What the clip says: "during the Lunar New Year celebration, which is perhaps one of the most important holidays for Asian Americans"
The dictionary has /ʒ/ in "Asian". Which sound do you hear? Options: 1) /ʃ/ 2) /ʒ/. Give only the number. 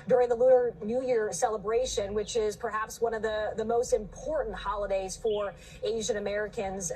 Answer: 2